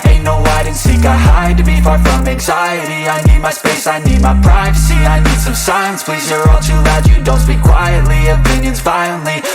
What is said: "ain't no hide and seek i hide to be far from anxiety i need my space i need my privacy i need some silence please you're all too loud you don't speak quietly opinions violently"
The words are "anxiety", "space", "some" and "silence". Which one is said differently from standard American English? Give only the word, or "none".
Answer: silence